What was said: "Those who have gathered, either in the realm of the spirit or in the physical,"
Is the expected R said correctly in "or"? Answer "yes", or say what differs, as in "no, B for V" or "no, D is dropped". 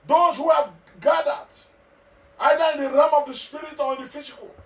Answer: no, L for R